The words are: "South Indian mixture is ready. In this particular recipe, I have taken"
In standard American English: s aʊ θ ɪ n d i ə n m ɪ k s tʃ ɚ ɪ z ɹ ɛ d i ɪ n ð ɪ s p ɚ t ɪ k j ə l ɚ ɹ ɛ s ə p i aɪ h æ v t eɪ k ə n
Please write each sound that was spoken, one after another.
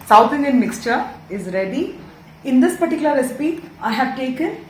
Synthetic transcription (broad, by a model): s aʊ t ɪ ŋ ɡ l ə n m ɪ k s tʃ ɚ ɪ z ɹ ɛ d i ɪ n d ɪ s p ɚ t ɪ k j l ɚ ɹ ɛ s ə p i aɪ h æ v t eɪ k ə n